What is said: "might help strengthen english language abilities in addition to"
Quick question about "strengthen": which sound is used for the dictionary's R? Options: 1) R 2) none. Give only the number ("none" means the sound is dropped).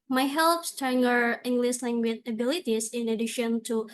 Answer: 2